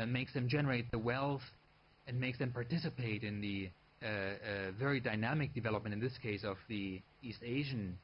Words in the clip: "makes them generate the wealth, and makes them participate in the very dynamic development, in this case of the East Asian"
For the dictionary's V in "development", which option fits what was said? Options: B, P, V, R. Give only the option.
V